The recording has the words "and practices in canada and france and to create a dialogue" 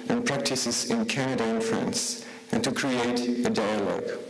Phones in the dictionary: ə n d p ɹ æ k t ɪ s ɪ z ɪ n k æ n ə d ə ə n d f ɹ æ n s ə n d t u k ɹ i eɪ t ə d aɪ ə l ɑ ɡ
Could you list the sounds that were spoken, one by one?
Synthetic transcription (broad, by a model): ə n p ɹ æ k t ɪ s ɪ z ɪ n k æ n ə d ə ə n f ɹ æ n s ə n t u k ɹ i eɪ t ə d aɪ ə l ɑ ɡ